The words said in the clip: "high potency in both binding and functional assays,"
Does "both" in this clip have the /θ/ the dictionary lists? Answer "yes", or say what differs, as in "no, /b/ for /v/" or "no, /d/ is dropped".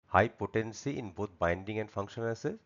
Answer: no, /t/ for /θ/